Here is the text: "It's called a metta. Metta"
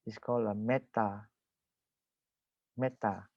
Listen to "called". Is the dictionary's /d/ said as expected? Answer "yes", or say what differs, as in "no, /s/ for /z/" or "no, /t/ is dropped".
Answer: no, /d/ is dropped